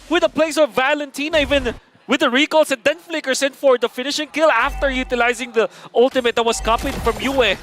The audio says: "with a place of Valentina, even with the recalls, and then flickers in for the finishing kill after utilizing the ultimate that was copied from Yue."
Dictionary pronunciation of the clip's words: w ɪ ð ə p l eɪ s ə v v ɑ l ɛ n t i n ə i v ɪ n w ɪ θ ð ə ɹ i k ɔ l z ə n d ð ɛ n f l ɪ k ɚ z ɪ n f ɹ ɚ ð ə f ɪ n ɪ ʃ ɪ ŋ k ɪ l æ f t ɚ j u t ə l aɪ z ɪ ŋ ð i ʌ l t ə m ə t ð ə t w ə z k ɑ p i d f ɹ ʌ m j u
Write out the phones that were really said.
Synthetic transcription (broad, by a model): w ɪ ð ə p l eɪ s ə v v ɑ l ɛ n t i n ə i v ɪ n w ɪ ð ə ɹ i k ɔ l s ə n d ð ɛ n f l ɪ k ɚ s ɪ n f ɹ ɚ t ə f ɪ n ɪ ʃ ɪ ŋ k ɪ l æ f t ɚ j u t ə l aɪ z ɪ ŋ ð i ʌ l t ə m ə t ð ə t w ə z k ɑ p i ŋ f ɹ ʌ m j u